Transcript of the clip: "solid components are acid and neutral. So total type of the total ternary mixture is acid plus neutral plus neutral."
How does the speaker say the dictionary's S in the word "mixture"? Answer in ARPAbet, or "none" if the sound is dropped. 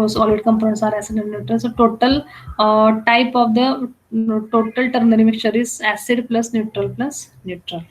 none